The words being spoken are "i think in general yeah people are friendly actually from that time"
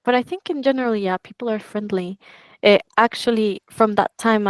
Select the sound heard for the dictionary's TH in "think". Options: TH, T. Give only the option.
TH